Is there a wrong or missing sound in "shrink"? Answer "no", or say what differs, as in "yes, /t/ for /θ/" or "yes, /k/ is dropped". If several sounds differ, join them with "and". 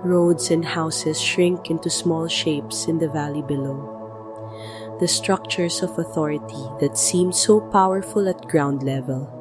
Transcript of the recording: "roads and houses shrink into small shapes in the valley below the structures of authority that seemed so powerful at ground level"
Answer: no